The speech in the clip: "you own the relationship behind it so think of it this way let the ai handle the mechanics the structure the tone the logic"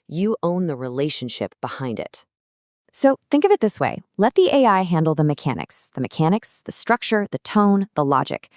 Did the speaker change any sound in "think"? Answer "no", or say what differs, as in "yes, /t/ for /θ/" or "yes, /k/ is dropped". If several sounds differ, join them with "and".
no